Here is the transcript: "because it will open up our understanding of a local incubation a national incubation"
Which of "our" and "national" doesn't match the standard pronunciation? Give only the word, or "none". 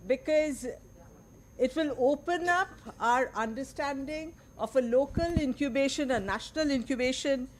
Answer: none